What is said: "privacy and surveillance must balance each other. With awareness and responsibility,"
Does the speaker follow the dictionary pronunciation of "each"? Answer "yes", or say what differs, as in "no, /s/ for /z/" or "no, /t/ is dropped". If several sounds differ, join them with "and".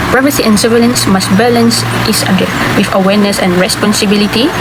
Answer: no, /s/ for /tʃ/